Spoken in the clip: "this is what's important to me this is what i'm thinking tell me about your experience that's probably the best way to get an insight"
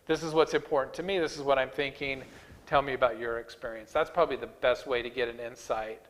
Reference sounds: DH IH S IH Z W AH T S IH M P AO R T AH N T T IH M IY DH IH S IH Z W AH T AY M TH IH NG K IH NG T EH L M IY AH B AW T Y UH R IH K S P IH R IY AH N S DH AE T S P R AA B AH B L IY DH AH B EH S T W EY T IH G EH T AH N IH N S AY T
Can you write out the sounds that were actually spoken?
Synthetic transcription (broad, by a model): DH IH S IH Z W AH T S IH M P AO R T N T T IH M IY DH IH S IH Z W AH T AY M TH IH NG K IH NG T EH L M IY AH B AW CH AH R IH K S P IH R IY AH N S DH AE T S P R AA B AH B L IY DH AH B EH S T W EY T IH G EH T AH N IH N S AY T